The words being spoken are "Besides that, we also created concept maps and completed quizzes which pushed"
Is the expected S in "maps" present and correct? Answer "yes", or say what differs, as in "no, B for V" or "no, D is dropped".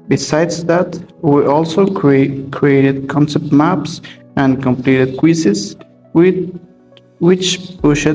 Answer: yes